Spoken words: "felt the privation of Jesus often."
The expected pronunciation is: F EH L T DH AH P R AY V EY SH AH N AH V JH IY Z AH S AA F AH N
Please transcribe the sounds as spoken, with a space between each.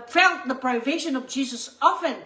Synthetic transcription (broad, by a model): F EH L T DH AH P R AY V EY SH AH N AH V JH IY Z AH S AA F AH N